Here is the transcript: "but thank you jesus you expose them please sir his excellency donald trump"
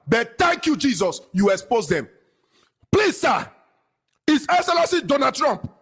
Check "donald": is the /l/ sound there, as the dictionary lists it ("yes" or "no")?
no